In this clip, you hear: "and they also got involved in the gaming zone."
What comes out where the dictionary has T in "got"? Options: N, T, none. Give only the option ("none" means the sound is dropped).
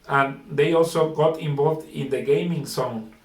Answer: T